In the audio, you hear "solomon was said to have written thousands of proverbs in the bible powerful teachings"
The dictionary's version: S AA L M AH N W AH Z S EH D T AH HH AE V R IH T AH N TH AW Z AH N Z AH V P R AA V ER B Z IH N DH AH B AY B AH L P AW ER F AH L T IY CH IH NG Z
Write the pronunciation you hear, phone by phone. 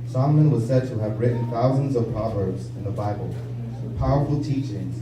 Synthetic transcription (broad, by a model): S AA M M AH N W AH Z S EH D T AH V R IH T N TH AW Z AH N Z AH V P R AA V ER B Z IH N DH AH B AY B AH L P AW ER F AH L T IY CH IH NG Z